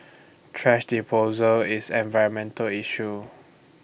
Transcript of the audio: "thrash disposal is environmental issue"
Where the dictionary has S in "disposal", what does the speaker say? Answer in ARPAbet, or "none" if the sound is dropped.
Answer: none